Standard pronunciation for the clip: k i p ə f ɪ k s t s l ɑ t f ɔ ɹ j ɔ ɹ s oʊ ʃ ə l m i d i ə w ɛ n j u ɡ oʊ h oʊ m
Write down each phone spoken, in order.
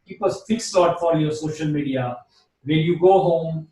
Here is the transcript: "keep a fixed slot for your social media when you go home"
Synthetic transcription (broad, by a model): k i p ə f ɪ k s s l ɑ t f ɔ l j ɔ ɹ s oʊ ʃ ə l m i d i ə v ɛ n j u ɡ oʊ h oʊ m